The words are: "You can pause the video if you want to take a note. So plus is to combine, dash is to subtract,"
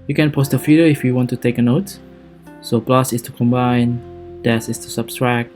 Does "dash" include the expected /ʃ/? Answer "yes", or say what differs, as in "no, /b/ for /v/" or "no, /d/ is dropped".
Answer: no, /s/ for /ʃ/